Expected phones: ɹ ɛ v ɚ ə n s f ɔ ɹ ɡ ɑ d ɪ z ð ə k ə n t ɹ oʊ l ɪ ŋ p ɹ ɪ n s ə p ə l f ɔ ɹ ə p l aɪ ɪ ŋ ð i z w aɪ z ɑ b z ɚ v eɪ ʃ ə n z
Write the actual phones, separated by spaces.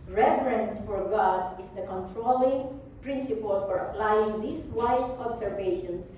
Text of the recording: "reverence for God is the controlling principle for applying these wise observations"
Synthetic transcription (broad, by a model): ɹ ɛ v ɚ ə n s f ɔ ɹ ɡ ɑ d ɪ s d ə k ə n t ɹ oʊ l ɪ ŋ p ɹ ɪ n s ə p ə l f ɔ ɹ ə p l aɪ ɪ ŋ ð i s w aɪ s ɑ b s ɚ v eɪ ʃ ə n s